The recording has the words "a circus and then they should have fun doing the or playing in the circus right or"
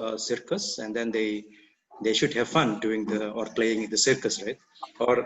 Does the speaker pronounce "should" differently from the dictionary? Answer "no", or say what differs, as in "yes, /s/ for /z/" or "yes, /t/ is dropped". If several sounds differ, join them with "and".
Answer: no